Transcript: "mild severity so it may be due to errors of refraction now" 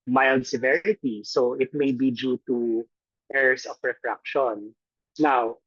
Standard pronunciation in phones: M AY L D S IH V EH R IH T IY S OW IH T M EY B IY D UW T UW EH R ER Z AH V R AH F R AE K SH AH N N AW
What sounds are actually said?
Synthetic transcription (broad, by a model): M AY L D S IH V EH R IH T IY S OW IH T M EY B IY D UW T UW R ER S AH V R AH F R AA K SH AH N N AW